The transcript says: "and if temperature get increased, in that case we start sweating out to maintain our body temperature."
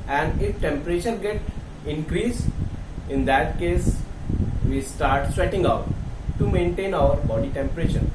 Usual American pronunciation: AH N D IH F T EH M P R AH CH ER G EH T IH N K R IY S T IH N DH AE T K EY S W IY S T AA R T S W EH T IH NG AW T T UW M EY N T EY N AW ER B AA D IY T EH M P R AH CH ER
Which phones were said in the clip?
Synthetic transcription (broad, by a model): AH N D IH F T EH M P R AH CH ER G EH T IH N K R IY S IH N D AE T K EY S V IY S T AA R T S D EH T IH NG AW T T UW M EY N T EY N AW ER B AA D IY T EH M P R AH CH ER